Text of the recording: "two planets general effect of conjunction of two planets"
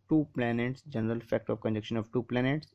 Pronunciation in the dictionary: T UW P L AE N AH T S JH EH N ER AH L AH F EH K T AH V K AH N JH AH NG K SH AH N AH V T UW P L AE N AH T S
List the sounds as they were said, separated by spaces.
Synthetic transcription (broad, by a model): T UW P L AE N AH T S JH EH N ER AH L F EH K T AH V K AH N JH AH K SH AH N AH V T UW P L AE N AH T S